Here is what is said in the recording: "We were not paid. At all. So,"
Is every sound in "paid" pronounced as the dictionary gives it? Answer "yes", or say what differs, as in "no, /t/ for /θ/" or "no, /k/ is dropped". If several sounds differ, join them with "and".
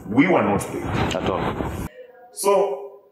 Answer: no, /d/ is dropped